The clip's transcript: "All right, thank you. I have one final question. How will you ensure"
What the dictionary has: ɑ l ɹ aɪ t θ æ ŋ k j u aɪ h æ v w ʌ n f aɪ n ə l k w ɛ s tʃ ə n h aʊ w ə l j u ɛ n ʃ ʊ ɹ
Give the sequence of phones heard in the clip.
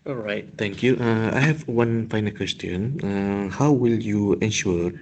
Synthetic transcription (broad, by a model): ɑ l ɹ aɪ t t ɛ ŋ k j u aɪ h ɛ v w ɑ n f aɪ n ə l k w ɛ s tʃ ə n h aʊ w ə l j u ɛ n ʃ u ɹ